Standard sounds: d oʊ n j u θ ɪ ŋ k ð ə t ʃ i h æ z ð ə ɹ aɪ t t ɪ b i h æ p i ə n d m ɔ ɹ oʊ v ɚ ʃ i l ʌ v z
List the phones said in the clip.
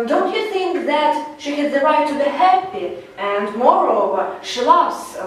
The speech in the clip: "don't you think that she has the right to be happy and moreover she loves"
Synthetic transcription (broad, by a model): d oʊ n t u θ ɪ ŋ k ð ə t ʃ i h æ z ð ə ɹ aɪ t t ɪ b i h æ p i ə n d m ɔ ɹ oʊ v ɚ ʃ i l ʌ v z